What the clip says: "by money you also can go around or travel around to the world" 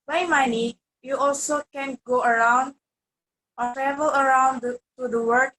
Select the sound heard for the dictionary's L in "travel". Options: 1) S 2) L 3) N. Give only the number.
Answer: 2